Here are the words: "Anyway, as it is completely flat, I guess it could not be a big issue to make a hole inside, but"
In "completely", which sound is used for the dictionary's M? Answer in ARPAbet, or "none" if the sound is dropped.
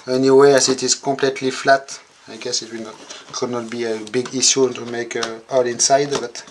none